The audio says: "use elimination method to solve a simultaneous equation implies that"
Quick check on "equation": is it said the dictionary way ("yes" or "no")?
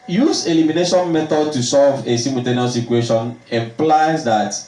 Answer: no